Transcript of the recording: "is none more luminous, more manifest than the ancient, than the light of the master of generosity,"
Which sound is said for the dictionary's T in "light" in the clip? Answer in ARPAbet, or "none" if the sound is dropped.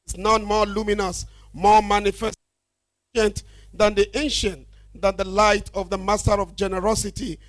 T